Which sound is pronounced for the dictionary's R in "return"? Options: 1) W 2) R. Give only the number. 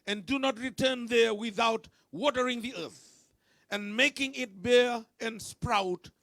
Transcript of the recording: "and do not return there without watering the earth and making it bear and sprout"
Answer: 2